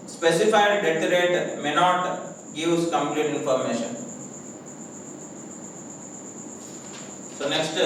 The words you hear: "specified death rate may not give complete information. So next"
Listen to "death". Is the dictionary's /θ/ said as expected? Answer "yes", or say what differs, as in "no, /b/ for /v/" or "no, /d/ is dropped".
no, /t/ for /θ/